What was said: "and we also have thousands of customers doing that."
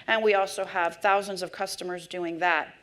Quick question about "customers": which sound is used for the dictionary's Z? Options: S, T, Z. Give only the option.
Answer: Z